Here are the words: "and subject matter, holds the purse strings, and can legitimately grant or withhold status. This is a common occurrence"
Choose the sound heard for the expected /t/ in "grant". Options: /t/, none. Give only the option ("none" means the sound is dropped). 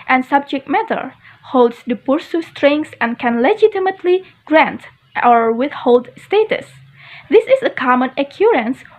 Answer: /t/